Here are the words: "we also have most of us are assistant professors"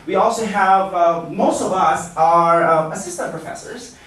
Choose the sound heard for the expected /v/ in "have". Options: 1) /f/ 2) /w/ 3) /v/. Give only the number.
3